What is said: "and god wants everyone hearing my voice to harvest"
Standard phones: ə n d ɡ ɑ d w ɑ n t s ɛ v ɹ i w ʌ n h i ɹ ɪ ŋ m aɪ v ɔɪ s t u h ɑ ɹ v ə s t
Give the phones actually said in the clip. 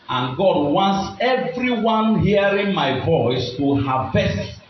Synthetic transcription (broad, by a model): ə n ɡ ɑ d w ɑ n t s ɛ v ɹ i w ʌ n h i ɹ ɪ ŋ m aɪ v ɔɪ s t u h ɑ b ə s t